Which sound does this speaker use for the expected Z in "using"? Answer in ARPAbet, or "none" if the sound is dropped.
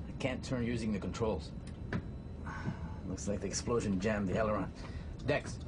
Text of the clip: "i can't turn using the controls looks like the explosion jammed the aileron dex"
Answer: Z